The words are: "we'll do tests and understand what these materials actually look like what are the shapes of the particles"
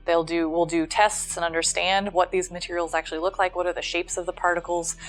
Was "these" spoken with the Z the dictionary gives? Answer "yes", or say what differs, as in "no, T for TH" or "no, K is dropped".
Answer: yes